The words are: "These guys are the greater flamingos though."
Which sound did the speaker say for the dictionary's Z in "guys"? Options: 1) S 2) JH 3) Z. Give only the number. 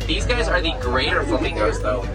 3